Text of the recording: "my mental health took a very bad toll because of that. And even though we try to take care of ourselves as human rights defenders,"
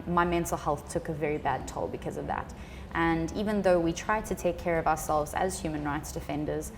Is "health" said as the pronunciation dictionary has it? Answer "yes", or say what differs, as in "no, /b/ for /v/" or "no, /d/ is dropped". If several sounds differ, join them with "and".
yes